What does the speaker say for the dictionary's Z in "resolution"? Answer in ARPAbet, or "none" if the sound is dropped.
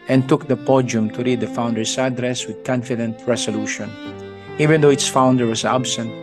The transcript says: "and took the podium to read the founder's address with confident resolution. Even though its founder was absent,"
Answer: S